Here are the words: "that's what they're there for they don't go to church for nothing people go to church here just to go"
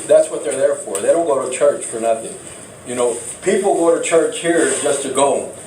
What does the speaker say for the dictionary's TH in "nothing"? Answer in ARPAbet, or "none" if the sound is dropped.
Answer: TH